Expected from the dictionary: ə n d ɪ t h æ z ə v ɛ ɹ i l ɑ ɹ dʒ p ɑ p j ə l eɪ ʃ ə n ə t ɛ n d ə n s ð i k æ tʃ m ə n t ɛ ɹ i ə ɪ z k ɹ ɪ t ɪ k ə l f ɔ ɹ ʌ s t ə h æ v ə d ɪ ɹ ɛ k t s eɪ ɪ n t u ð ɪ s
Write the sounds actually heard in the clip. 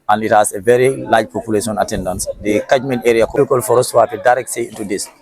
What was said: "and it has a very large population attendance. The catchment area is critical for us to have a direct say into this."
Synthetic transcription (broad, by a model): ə n ɪ t h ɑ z ə v ɛ ɹ i l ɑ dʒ p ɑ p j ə l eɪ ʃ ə n ə t ɛ n d ə n s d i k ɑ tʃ m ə n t ɛ ɹ i ə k ɔ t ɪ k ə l f ɔ ɹ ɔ s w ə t ə d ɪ ɹ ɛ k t s eɪ ɪ n t u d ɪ s